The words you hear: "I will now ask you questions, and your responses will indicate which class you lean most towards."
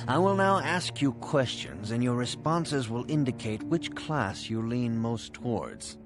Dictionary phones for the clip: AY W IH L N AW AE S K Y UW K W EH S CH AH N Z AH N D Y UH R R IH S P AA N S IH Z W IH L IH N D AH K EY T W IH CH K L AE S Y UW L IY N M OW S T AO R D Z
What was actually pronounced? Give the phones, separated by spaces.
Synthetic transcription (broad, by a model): AY W IH L N AW AE S K Y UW K W EH S CH AH N Z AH N Y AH R R IH S P AA N S IH Z W IH L IH N D AH K EY T W IH CH K L AE S Y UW L IY N M OW S T AO R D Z